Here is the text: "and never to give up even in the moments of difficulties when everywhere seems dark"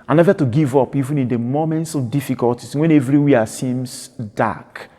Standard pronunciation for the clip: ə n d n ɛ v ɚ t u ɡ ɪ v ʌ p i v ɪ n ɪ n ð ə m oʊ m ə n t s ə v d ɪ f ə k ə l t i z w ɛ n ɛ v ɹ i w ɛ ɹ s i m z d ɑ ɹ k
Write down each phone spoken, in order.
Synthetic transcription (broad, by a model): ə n n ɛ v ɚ t u ɡ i v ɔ p i v ɪ n ɪ n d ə m oʊ m ə n t s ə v d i f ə k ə l t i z w ɛ n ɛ v ɹ i w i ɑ s i m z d ɑ k